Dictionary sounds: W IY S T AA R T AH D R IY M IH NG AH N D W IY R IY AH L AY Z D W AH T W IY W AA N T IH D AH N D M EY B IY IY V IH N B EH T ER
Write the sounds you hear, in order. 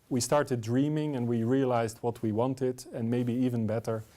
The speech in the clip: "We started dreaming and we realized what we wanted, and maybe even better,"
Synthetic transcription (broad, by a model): W IY S T AA R T AH D R IY M IH NG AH N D W IY R IY AH L AY Z D W AH T W IY W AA N T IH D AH N M EY B IY IY V IH N B EH T ER